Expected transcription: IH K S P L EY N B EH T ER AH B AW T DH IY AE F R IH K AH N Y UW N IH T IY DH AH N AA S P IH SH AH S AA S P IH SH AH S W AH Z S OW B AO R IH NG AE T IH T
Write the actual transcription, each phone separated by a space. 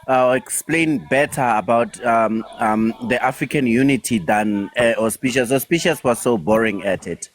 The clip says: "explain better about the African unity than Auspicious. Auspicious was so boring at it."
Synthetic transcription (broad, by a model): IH K S P L EY N B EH T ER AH B AW T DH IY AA F R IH K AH N Y UW N IH T IY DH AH N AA S P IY SH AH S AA S P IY SH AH S W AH S OW B AO R IH NG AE T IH T